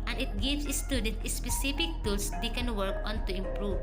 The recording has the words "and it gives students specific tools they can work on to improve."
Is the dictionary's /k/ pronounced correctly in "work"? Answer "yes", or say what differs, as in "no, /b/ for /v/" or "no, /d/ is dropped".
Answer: yes